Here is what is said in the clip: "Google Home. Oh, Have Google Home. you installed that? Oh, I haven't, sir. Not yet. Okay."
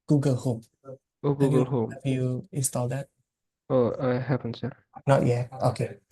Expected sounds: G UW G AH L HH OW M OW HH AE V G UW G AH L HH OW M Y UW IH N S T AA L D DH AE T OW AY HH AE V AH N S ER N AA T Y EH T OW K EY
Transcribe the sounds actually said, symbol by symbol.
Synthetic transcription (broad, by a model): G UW G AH L HH OW M OW G UW G AH L HH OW M Y UW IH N S T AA L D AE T OW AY HH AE P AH N S ER N AA T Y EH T OW K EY